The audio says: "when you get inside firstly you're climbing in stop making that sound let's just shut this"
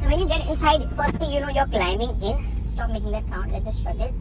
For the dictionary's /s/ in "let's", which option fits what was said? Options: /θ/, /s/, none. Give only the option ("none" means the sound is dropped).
none